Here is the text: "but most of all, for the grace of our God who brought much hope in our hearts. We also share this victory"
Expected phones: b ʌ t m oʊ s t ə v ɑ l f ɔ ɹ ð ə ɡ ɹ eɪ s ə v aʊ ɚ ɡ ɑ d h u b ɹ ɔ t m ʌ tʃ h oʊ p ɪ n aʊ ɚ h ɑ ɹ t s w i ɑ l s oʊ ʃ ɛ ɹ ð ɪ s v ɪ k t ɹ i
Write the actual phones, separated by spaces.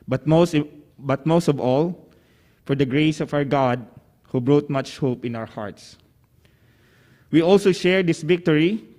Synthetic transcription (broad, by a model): b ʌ t m oʊ s t ə v ɑ l f ɔ ɹ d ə ɡ ɹ eɪ s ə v aʊ ɚ ɡ ɑ d h u b ɹ ɔ t m ʌ tʃ h oʊ p ɪ n aʊ ɚ h ɑ ɹ t s w i ɑ l s oʊ ʃ ɛ ɹ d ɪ s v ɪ k t ɹ i